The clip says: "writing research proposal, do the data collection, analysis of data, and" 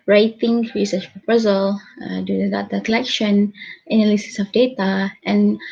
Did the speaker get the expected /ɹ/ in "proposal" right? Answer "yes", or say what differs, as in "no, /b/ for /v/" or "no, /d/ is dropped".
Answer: yes